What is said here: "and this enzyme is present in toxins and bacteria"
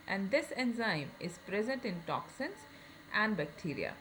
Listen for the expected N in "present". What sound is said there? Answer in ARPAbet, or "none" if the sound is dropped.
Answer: N